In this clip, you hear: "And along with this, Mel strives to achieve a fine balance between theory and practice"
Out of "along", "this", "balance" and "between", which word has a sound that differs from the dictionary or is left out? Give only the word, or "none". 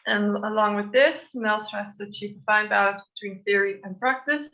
balance